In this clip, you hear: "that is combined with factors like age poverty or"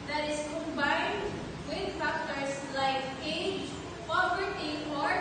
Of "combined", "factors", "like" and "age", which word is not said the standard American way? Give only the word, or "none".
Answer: factors